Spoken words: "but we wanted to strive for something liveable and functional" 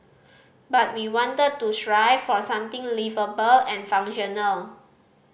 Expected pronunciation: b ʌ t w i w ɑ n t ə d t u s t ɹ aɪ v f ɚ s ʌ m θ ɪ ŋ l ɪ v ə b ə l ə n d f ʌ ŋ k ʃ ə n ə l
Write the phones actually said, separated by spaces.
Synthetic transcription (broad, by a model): b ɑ t w i w ɑ n t ə d t u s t ɹ aɪ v f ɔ s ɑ m t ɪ ŋ l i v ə b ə l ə n f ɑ ŋ ʃ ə n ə l